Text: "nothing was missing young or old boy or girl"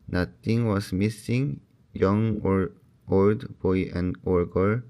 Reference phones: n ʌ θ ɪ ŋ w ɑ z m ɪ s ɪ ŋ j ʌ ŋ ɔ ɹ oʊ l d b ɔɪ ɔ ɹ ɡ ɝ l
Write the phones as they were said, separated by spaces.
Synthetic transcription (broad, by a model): n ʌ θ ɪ ŋ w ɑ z m ɪ s ɪ ŋ j ʌ ŋ ɔ ɹ oʊ l d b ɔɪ ɔ ɹ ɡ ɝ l